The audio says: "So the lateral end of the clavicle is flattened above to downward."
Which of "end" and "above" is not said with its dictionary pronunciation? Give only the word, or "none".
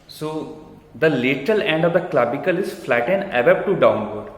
above